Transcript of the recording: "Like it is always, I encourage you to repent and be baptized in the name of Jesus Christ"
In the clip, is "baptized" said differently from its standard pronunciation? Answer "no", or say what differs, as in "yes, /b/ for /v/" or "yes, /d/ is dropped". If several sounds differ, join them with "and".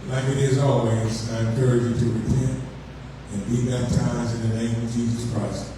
yes, /d/ is dropped